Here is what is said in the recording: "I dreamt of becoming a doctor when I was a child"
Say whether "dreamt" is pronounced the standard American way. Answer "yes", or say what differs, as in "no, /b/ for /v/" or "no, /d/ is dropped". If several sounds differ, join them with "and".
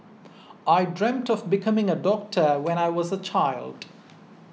yes